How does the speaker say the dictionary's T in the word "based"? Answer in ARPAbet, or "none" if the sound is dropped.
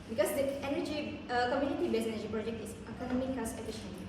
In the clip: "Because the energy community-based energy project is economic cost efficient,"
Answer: none